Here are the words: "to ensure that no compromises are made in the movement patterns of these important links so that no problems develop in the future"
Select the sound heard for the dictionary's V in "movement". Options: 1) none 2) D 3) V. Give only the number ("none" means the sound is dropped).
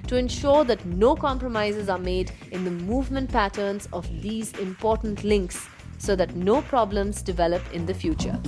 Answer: 3